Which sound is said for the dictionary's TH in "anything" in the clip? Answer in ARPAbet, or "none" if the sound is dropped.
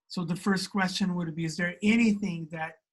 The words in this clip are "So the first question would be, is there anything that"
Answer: TH